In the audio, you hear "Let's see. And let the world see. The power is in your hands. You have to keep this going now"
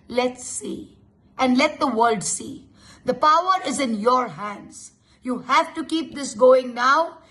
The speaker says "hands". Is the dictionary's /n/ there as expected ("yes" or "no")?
yes